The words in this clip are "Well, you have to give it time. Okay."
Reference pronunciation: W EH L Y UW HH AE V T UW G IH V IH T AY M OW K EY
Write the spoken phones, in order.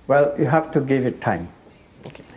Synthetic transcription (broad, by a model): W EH L Y UW HH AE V T UW G IH V IH T AY M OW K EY